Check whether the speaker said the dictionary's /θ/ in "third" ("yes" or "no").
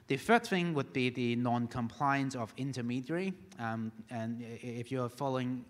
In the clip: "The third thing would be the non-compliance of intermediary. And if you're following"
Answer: no